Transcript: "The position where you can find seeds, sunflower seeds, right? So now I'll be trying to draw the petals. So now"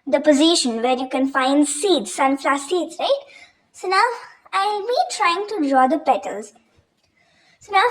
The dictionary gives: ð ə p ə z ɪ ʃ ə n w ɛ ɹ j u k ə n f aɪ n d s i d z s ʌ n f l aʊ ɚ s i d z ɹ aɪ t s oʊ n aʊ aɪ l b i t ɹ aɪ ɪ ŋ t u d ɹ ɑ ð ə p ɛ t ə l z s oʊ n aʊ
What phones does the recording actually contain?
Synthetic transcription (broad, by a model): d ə p ə z ɪ ʃ ə n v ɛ ɹ j u k ə n f aɪ n d s i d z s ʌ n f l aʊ s i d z ɹ aɪ t s oʊ n aʊ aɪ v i t ɹ aɪ ɪ ŋ t u d ɹ ɑ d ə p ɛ t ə l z s oʊ n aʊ